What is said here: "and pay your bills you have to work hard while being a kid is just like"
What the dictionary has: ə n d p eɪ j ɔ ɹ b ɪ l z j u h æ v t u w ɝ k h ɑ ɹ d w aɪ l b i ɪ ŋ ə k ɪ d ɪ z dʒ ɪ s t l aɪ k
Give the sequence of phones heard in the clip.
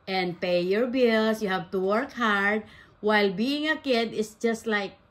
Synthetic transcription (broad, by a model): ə n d p eɪ j ɔ ɹ b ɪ l s j u h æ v t u w ɝ k h ɑ ɹ d w aɪ l b i ɪ ŋ ə k ɪ d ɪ s dʒ ɪ s t l aɪ k